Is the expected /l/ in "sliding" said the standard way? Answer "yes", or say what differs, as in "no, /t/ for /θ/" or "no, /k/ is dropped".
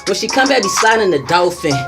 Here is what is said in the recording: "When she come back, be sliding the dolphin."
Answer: no, /l/ is dropped